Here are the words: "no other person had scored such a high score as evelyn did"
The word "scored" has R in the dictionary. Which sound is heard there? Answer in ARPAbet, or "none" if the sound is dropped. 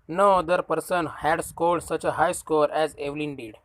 L